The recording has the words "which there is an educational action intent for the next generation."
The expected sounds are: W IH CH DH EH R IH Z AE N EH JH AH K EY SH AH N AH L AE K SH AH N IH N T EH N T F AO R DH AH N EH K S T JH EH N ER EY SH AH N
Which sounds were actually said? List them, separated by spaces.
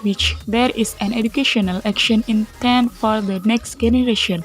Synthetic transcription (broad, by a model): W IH CH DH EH R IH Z AE N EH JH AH K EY SH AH N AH L AE K SH AH N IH N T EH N F AO R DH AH N EH K S T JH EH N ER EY SH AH N